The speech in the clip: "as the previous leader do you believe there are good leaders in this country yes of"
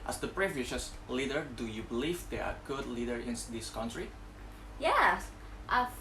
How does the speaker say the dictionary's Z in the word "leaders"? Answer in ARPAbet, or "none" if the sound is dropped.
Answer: none